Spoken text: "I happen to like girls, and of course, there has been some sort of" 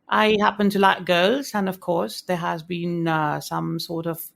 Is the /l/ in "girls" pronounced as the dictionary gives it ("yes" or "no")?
yes